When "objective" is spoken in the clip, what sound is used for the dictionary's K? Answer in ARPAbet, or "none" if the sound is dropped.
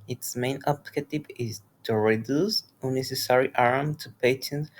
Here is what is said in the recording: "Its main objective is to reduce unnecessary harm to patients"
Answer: none